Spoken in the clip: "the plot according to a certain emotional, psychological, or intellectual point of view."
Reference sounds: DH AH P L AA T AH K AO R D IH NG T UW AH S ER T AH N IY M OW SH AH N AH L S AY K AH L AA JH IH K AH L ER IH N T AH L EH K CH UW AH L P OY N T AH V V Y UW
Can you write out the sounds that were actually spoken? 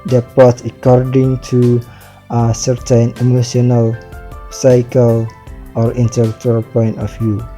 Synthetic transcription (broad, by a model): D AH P AA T AH K AO R D IH NG T UW AH S ER T AH N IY M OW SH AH N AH L S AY K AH L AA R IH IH N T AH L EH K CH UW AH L P OY N T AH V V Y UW